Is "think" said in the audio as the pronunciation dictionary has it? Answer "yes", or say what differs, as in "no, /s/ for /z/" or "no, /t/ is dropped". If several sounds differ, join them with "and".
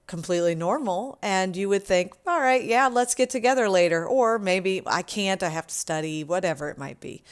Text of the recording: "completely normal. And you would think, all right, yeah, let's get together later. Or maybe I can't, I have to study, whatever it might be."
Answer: yes